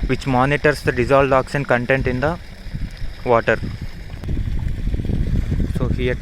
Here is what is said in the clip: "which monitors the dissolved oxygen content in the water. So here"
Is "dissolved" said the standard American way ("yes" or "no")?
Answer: no